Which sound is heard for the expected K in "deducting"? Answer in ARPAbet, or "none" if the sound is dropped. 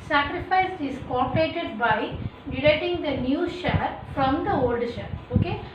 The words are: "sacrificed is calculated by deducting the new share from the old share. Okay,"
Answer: none